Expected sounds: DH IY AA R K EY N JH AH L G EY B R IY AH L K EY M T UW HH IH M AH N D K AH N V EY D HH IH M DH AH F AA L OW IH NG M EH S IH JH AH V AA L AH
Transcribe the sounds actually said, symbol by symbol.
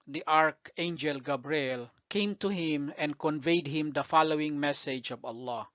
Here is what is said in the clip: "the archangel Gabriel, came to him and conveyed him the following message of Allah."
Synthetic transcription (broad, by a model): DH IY AA R K EY N JH AH L G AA B R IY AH L K EY M T UW HH IH M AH N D K AH N V EY D HH IH M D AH F AA L OW IH NG M EH S IH JH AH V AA L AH